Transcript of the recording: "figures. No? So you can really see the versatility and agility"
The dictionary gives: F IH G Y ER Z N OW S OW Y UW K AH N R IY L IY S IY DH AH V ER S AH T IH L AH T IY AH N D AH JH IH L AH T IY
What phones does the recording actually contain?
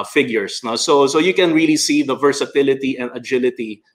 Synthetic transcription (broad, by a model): F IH G Y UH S N OW S OW Y UW K AH N R IY L IY S IY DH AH V ER S AH T IH L AH T IY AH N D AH JH IH L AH T IY